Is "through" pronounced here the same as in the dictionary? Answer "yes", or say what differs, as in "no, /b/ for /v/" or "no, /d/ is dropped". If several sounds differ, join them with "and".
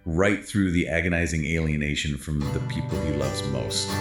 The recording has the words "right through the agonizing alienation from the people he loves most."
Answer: yes